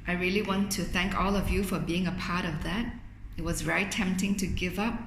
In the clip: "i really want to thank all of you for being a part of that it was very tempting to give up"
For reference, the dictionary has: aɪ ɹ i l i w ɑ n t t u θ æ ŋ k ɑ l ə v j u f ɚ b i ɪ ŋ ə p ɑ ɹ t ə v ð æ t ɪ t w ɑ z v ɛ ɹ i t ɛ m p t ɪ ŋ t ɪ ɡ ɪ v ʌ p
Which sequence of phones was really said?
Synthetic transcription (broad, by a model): aɪ ɹ i l i w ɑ n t t u θ æ ŋ k ɑ l ə v j u f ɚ b i ɪ ŋ ə p ɑ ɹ t ə v ð æ t ɪ t w ɑ z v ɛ ɹ i t ɛ m p t ɪ ŋ t ɪ ɡ ɪ v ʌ p